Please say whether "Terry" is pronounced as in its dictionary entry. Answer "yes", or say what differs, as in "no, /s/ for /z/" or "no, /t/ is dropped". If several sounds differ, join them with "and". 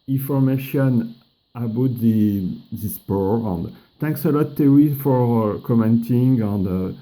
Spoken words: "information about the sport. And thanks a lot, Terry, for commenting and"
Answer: no, /w/ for /ɹ/